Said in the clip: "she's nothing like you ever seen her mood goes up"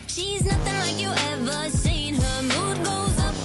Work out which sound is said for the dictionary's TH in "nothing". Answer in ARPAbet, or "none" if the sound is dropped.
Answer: TH